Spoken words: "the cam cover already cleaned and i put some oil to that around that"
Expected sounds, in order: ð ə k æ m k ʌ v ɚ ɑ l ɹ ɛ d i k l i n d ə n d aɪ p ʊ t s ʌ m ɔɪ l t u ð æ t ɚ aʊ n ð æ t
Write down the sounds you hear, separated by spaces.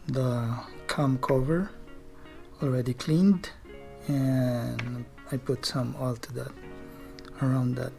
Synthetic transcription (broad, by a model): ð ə k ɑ m k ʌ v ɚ ɑ l ɹ ɛ d i k l i n d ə n aɪ p ʊ t s ʌ m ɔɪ l t u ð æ t ɚ aʊ n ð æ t